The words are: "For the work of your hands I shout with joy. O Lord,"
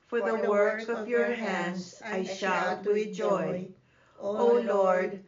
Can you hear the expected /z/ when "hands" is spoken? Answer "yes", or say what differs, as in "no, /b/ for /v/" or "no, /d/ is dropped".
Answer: no, /s/ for /z/